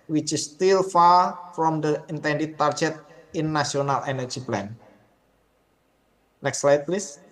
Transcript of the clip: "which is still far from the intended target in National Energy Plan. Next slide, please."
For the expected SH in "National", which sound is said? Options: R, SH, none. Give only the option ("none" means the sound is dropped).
none